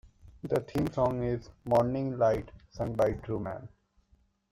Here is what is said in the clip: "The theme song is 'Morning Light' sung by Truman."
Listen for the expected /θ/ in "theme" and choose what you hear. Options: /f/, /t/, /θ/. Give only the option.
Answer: /t/